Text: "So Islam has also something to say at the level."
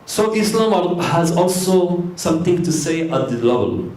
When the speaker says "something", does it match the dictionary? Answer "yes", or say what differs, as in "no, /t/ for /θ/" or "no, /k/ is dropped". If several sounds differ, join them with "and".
no, /t/ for /θ/